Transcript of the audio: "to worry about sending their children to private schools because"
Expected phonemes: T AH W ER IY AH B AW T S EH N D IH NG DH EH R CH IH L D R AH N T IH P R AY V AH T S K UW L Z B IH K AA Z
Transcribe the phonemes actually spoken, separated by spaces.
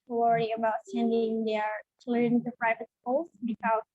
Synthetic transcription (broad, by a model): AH W ER IY AH B AW T S EH N D IH NG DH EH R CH L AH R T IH P R AY V AH T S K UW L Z B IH K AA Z